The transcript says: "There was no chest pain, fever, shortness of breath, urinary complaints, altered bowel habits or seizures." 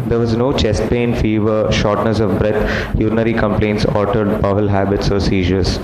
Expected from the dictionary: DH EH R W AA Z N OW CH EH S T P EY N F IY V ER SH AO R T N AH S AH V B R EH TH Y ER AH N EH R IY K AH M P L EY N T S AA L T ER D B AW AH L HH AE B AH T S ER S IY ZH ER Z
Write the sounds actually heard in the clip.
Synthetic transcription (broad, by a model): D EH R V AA Z N OW CH EH S T P EY N F IY V ER SH AO R T N AH S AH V B R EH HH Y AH N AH R IY K AH M P L EY N T S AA T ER D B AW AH L HH AE B AH T S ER S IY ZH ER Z